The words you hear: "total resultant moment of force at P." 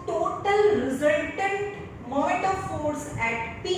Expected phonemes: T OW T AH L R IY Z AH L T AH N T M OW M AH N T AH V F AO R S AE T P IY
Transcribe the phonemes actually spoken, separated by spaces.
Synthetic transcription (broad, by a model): T OW T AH L R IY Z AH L T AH N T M M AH T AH F AO R S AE T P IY